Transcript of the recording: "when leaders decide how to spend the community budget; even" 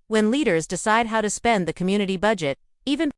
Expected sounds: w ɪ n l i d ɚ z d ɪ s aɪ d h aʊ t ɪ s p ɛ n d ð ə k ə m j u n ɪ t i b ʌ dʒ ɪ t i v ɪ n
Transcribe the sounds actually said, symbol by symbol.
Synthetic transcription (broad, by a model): w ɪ n l i d ɚ z d ɪ s aɪ d h aʊ t ɪ s p ɛ n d ð ə k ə m j u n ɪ t i b ʌ dʒ ɪ t i v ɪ n